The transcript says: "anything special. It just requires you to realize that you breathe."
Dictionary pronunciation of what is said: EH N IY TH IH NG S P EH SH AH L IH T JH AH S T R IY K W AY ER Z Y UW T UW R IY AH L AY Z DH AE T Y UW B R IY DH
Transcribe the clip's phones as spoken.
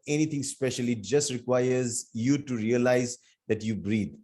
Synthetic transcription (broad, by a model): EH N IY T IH NG S P EH SH AH L IH T JH AH S T R IY K W AY ER Z Y UW T UW R IY AH L AY Z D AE T Y UW B R IY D